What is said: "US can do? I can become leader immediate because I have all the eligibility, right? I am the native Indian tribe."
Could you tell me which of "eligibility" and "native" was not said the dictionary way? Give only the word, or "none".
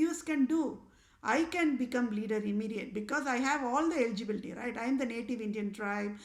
none